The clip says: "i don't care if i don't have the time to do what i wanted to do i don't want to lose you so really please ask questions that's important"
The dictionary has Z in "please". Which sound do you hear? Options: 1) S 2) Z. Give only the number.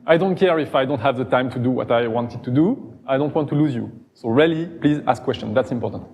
2